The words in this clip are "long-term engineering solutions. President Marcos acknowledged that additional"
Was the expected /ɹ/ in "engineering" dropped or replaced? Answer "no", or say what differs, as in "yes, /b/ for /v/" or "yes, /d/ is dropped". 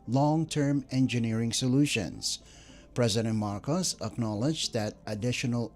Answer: no